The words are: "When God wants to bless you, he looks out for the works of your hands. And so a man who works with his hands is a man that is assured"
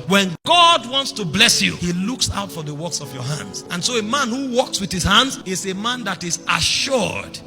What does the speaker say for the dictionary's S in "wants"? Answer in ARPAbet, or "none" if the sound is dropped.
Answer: S